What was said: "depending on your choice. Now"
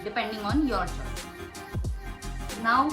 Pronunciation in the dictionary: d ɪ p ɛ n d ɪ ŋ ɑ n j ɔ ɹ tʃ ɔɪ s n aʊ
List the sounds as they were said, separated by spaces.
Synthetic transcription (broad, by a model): d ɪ p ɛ n d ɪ ŋ ɑ n j ɔ ɹ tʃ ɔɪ n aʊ